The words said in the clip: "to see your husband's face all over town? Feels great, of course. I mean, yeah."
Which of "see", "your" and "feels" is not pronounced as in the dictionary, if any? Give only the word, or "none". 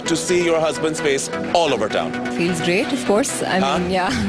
none